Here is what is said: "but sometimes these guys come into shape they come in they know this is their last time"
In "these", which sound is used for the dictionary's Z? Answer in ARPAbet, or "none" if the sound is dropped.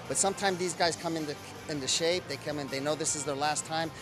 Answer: Z